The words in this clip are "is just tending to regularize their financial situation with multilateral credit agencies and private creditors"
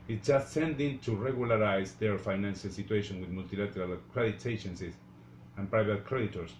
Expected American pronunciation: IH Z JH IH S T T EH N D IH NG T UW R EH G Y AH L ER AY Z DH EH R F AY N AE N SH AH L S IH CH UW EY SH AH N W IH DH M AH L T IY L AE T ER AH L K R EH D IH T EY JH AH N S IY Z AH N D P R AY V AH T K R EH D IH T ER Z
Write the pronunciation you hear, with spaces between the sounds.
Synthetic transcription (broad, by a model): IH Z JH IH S T S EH N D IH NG T UW R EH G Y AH L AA AY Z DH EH R F AY N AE N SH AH L S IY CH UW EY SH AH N W IH DH M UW L T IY L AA T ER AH L K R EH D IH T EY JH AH N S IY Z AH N P R AY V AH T K R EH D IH T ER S